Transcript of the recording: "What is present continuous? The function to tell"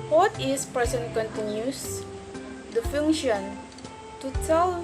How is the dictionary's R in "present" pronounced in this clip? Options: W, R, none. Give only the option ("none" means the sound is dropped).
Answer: none